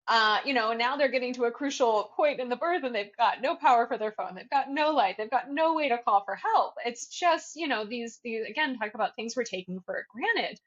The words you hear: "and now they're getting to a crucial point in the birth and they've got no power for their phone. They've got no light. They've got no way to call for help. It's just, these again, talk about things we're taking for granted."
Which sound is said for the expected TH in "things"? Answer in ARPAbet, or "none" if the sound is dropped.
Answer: TH